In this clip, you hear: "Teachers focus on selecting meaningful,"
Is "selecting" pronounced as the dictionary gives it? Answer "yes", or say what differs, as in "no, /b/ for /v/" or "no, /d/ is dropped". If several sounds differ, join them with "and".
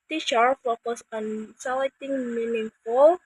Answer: no, /k/ is dropped